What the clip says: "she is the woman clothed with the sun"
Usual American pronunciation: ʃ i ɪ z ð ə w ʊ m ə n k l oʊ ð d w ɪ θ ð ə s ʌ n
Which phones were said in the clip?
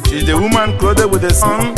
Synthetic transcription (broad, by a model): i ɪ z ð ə w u m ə n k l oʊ d w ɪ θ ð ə s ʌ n